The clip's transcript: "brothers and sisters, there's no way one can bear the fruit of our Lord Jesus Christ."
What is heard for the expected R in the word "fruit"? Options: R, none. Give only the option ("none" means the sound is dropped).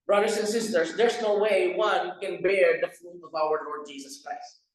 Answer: none